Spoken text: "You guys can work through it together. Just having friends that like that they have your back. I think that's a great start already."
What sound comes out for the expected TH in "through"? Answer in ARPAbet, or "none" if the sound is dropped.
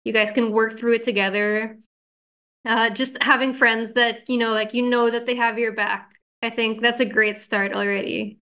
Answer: TH